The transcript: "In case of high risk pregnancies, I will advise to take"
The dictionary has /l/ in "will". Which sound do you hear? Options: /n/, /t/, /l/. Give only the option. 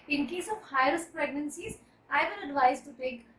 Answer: /n/